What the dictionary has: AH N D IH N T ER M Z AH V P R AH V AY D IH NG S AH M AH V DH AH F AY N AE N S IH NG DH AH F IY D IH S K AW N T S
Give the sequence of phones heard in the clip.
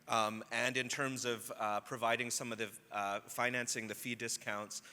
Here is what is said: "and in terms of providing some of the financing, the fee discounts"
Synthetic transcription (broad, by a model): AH N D IH N T ER M Z AH V P R AH V AY D IH NG S AH M AH V DH AH F AY N AE N S IH NG DH AH F IY D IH S K AW N T S